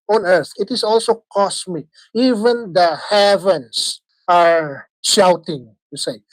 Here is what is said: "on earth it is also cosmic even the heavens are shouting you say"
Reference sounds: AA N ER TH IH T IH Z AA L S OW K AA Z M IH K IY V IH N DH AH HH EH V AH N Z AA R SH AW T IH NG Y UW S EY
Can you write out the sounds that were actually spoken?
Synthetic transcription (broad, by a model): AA N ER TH IH T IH S AA L S OW K AA S M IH K IY V IH N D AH HH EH V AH N S AA R SH AW T IH NG Y UW S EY